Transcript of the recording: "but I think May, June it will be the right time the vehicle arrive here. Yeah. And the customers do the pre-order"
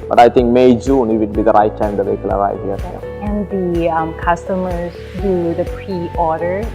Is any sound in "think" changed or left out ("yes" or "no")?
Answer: yes